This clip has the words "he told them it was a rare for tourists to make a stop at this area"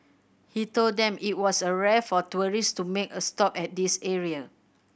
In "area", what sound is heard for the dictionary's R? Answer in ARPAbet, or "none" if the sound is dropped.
R